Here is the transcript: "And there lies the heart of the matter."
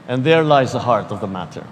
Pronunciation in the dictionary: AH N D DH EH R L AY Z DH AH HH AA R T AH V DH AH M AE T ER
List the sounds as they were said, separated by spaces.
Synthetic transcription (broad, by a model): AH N DH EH R L AY Z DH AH HH AA R T AH V DH AH M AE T ER